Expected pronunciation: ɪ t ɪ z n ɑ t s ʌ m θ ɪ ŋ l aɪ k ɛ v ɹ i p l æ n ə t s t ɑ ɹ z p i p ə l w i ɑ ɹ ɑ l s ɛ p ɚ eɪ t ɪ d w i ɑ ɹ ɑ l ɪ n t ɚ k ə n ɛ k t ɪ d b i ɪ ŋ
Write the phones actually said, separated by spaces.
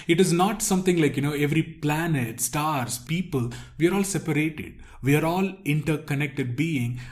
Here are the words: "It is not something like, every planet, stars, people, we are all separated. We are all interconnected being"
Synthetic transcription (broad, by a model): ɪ t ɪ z n ɑ t s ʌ m t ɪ ŋ l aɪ k ɛ v ɹ i p l æ n ə t s t ɑ ɹ s p i p ə l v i ɑ ɹ ɑ l s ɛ p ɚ eɪ t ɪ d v i ɑ ɹ ɑ l ɪ n t ɚ k ə n ɛ k t ɪ d b i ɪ ŋ